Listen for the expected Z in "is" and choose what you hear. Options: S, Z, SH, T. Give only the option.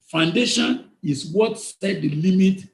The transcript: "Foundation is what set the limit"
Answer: S